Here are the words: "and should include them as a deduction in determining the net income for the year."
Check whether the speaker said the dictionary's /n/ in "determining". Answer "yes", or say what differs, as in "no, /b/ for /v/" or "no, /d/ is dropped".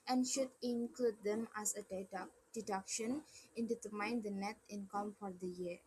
no, /n/ is dropped